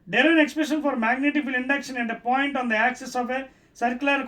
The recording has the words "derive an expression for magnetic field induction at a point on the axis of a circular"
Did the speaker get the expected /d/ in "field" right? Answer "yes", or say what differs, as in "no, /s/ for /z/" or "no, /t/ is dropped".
no, /d/ is dropped